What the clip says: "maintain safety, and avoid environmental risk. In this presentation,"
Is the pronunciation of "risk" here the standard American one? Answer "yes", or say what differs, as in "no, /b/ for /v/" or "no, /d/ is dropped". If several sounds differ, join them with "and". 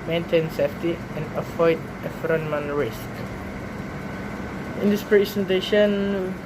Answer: yes